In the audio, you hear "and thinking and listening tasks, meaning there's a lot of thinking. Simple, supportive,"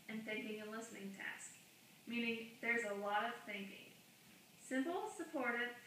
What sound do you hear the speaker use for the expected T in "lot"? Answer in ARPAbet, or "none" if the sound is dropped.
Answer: T